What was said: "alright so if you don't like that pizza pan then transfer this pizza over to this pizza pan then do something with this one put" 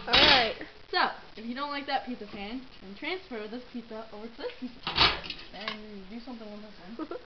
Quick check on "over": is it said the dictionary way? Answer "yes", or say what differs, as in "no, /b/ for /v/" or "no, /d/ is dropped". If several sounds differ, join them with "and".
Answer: yes